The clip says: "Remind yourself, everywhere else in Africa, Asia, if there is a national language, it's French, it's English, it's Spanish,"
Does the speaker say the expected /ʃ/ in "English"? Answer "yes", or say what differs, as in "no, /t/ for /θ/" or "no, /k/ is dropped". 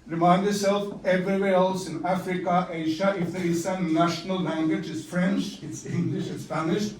yes